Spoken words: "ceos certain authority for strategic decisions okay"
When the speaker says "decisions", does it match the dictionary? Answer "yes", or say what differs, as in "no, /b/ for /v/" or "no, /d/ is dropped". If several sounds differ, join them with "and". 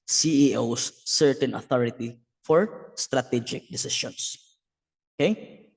no, /ʃ/ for /ʒ/ and /s/ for /z/